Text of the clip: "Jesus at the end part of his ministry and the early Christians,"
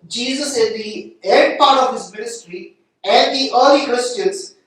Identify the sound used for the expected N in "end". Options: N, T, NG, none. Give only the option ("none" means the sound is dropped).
none